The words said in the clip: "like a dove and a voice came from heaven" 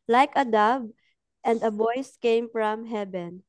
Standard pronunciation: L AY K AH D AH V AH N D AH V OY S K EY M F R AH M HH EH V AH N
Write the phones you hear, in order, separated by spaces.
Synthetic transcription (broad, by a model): L AY K AH D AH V AH N D AH B OY S K EY M F R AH M HH EH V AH N